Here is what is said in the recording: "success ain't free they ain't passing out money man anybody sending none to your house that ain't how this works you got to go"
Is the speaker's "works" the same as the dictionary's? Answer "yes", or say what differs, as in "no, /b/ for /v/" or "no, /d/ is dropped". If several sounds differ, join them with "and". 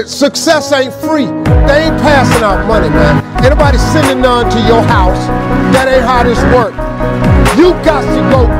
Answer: no, /s/ is dropped